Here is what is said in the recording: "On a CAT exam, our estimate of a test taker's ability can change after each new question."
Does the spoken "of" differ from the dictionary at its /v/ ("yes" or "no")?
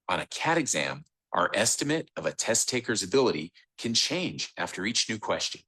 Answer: no